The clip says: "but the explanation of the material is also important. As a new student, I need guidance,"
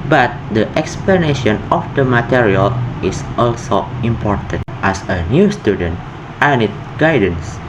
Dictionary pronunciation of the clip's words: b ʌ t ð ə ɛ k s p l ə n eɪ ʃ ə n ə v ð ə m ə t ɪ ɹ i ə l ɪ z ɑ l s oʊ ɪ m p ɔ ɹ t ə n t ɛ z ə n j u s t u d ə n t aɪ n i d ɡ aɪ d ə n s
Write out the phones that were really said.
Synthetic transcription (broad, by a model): b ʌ t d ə ɛ k s p l ə n eɪ ʃ ə n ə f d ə m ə t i ɹ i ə l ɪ s ɑ l s oʊ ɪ m p ɔ ɹ t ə n t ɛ s ə n j u s t u d ə n t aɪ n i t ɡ aɪ d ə n s